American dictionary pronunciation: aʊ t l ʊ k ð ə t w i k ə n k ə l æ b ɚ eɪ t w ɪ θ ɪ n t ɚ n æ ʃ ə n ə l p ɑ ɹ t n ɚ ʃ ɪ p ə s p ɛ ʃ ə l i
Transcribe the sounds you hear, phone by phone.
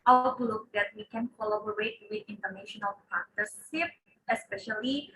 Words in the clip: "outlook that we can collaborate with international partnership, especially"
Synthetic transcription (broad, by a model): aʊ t l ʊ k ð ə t w i k ə n k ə l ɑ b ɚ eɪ t w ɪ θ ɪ n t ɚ n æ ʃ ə n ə l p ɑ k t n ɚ s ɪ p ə s p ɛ ʃ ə l i